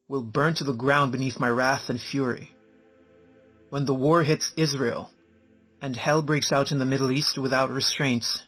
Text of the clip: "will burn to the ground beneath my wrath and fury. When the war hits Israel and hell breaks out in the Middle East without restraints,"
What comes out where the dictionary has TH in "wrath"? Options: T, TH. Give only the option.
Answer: TH